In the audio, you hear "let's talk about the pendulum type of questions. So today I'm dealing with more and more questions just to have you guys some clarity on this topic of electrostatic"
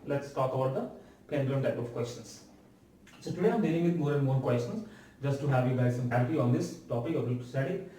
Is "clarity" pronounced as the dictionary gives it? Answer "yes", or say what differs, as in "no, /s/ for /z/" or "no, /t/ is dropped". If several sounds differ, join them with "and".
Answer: no, /l/ is dropped